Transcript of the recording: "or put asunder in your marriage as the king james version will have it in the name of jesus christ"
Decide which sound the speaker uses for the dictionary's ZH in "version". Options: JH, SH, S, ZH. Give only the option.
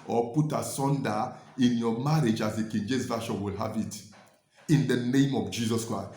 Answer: SH